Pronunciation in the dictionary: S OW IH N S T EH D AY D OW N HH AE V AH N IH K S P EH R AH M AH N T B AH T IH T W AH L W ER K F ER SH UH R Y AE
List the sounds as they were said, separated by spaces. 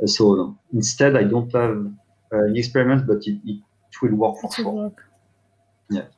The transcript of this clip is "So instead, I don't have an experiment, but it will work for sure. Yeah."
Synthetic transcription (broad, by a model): S OW IH N S T EH D AY D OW N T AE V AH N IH K S P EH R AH M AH N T B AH T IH T W AH L W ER K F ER S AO Y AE